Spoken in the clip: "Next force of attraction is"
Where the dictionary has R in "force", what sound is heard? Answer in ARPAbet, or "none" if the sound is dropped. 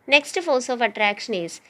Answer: L